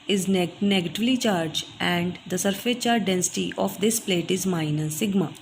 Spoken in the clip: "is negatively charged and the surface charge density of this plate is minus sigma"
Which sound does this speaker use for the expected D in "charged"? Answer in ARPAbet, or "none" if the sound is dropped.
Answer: none